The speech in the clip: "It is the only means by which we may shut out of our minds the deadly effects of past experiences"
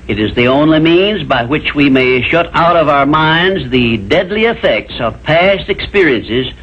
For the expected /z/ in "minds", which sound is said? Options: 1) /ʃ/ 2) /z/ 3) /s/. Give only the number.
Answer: 2